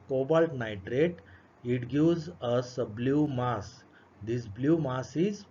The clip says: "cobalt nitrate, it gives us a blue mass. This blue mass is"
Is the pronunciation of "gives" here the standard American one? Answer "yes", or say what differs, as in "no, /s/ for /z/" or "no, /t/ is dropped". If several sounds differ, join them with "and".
no, /v/ is dropped